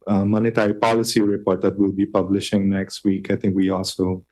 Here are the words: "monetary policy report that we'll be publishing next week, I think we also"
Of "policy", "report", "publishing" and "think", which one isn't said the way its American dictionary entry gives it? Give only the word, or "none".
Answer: think